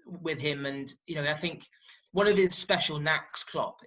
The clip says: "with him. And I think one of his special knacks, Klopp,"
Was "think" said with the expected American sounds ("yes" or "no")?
yes